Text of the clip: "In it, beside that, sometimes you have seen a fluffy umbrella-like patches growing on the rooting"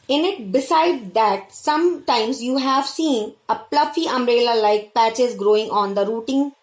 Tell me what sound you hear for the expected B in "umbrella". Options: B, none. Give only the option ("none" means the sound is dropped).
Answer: none